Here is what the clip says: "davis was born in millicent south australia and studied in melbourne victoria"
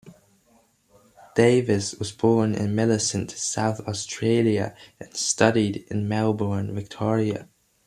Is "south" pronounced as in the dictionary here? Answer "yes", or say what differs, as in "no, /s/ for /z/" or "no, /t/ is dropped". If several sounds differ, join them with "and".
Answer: yes